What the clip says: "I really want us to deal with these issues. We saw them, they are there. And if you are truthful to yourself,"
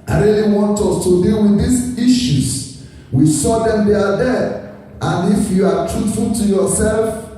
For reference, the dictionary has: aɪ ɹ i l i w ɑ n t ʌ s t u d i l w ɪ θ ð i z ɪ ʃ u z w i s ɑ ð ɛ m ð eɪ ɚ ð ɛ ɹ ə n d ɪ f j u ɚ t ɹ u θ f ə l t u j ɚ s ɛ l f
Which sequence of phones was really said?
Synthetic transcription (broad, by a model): aɪ ɹ i l i w ɑ n t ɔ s t u d i l w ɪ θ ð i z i ʃ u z w i s ɑ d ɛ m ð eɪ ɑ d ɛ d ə n ɪ f j u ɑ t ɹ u t f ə l t u j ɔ s ɛ l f